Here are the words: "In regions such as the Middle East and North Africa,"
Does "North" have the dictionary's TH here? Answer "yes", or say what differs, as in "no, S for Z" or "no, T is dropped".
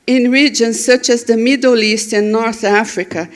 yes